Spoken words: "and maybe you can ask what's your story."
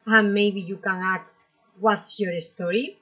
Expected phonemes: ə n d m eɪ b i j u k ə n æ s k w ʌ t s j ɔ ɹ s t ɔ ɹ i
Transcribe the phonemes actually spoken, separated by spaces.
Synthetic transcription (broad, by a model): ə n m eɪ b i j u k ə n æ k w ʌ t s j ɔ ɹ s t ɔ ɹ i